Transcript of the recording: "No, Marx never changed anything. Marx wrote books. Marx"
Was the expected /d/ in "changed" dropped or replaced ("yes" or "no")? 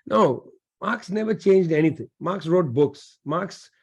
no